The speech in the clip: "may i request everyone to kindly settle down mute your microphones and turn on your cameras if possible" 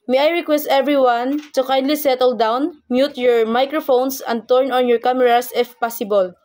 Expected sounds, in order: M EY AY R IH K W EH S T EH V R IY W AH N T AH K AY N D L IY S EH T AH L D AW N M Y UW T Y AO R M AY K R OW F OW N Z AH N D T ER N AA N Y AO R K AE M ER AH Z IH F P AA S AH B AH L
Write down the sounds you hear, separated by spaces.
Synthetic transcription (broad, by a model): M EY AY R IH K W EH S T EH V R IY W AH N T AH K AY N D L IY S EH T AH L D AW N M Y UW T Y AO R M AY K R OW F OW N S AH N D T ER N AA N Y AO R K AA M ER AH S IH F P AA S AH B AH L